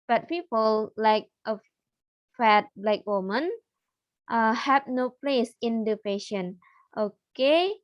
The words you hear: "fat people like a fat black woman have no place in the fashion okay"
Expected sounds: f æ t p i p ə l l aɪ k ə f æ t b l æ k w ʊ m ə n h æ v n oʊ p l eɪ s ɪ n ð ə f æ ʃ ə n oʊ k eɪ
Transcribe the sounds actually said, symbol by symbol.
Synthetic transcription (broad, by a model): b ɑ t p i p ə l l aɪ k ə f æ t b l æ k w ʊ m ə n h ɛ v n oʊ p l eɪ s ɪ n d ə p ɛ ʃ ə n oʊ k eɪ